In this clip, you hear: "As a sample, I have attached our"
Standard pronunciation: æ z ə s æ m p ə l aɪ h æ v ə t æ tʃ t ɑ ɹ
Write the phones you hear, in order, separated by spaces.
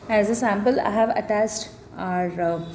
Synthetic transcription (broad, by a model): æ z ə s æ m p ə l aɪ h æ v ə t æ s t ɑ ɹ